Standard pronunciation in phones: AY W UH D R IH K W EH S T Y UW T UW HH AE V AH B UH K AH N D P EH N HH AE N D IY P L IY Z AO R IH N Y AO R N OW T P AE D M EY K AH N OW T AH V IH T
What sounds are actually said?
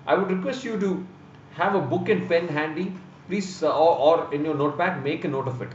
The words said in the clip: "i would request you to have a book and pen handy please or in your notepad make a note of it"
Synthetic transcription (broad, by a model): AY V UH D R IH K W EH S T Y UW T UW HH AE V AH B UH K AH N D P EH N HH AE N D IY P L IY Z AO R IH N Y AO R N OW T B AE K M EY K AH N OW T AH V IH T